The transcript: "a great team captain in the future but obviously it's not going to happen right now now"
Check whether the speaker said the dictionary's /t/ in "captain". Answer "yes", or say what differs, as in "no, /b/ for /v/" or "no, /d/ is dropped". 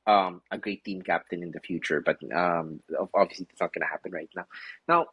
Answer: yes